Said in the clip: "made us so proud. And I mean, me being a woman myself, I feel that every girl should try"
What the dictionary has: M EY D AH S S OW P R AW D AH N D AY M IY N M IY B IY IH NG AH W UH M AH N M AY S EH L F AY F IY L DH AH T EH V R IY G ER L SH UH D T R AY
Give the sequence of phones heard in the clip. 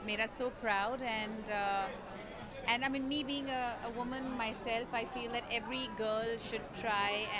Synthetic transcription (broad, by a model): M EY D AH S S OW P R AW D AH N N AY M IY N M IY B IY IH NG AH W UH M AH N M AY S EH L F AY F IY L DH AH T EH V R IY G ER L SH UH D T R AY